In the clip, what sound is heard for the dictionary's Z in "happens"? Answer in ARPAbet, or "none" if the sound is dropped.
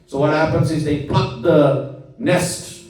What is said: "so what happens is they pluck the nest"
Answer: Z